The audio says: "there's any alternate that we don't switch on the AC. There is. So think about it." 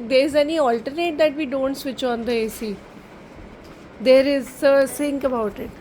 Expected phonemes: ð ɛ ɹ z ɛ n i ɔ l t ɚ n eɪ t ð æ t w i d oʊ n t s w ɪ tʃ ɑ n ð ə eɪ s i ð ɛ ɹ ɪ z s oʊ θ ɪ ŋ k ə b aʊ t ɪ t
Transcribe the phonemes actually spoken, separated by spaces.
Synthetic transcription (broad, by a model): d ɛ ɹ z ɛ n i ɔ l t ɚ n eɪ t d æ t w i d oʊ n t s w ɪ tʃ ɑ n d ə eɪ s i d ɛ ɹ ɪ z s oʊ s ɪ ŋ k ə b aʊ t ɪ t